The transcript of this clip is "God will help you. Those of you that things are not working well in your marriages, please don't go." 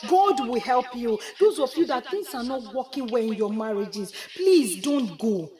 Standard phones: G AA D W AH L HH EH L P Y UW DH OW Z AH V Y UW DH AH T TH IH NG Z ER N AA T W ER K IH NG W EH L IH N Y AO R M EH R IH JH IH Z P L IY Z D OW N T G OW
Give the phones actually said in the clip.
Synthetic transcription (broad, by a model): G AA D W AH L HH EH L P Y UW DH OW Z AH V Y UW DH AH T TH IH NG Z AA N AA T W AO K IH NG W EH IH N Y AO M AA R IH JH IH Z P L IY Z D OW N T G OW